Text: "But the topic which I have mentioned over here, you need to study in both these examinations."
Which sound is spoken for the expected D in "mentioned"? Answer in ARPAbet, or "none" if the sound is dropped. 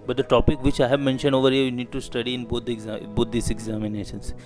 D